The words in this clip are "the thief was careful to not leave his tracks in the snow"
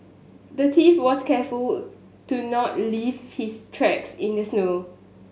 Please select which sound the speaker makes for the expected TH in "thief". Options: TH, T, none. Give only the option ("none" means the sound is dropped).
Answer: T